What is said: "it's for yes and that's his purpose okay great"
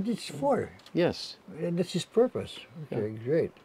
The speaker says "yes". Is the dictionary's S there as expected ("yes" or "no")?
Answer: yes